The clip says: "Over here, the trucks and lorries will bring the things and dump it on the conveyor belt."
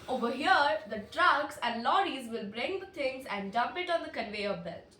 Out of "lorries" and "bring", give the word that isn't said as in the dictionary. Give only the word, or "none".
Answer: none